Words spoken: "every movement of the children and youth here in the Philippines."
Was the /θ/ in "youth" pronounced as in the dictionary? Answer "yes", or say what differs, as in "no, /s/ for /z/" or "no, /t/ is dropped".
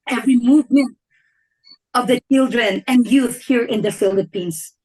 yes